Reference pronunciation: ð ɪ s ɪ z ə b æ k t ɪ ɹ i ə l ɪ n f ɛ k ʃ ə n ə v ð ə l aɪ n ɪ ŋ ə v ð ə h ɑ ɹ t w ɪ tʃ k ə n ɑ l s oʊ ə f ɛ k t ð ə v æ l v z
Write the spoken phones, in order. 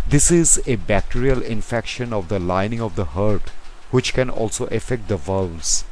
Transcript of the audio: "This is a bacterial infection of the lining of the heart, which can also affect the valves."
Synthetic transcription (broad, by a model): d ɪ s ɪ z ə b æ k t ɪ ɹ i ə l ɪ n f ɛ k ʃ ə n ə v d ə l aɪ n ɪ ŋ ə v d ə h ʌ ɹ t w ɪ tʃ k ə n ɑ l s oʊ ə f ɛ k t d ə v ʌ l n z